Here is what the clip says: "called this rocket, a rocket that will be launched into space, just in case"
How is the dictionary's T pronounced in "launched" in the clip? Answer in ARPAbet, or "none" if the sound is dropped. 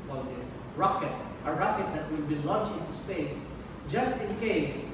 none